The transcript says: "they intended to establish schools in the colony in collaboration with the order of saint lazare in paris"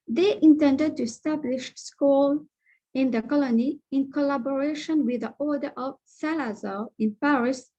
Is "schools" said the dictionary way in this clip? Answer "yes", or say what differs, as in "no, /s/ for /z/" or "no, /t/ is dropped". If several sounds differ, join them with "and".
no, /z/ is dropped